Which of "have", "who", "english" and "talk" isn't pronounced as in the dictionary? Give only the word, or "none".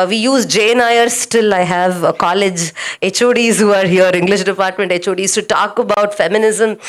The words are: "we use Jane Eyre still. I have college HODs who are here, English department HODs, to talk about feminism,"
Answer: none